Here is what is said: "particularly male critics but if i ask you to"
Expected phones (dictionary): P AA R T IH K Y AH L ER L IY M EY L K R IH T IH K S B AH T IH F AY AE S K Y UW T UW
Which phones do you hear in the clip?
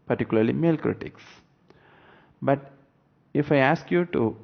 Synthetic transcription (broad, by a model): P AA R T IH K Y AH L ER L IY M EY L K R IH T IH K S B AH T IH F AY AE S K Y UW T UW